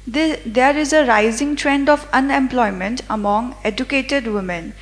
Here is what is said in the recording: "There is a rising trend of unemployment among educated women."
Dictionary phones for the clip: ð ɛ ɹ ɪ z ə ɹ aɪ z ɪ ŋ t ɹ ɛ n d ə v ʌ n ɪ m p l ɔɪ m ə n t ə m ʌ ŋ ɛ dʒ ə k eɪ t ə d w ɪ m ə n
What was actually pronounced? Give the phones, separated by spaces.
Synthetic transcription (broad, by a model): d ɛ ɹ ɪ z ə ɹ aɪ z ɪ ŋ t ɹ ɛ n d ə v ʌ n ɪ m p l ɔɪ m ə n t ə m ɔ ŋ ɛ dʒ ə k eɪ t ə d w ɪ m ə n